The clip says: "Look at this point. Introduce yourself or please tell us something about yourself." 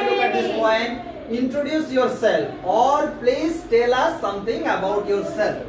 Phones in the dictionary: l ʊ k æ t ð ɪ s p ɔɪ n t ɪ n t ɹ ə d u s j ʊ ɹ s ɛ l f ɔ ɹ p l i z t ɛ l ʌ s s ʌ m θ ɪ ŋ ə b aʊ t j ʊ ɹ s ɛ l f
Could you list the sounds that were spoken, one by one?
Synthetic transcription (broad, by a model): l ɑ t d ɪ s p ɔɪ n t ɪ n t ɹ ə d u s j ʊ ɹ s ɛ l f ɔ ɹ p l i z t ɛ l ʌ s s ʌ m t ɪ ŋ ə b aʊ t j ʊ ɹ s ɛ l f